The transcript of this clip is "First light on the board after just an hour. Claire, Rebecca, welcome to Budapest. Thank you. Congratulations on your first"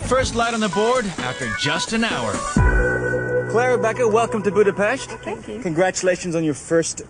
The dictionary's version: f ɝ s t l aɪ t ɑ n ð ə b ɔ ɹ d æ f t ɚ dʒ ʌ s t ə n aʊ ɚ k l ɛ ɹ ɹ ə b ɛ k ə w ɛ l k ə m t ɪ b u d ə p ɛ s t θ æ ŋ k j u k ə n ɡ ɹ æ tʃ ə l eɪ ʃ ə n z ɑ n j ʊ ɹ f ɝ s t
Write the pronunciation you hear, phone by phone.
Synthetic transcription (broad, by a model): f ɝ s t l aɪ t n ð ə b ɔ ɹ d æ f t ɚ dʒ ʌ s t ə n aʊ ɚ k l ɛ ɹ ɹ ə b ɛ k ə w ɛ l k ə m t ɪ b u d ə p ɛ s t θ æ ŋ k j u k ə n ɡ ɹ æ tʃ ə l eɪ ʃ ə n z n j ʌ ɹ f ɝ s t